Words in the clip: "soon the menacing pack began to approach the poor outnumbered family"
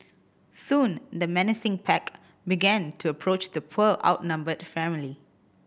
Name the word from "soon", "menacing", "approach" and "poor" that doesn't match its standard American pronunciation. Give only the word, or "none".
poor